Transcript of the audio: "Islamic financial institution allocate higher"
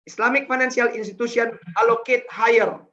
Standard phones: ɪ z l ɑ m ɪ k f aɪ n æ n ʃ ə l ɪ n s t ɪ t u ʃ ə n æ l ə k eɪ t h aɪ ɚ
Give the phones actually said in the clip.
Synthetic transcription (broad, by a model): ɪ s l ɑ m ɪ k f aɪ n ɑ n s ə l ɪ n s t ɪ t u s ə n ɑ l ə k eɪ t h aɪ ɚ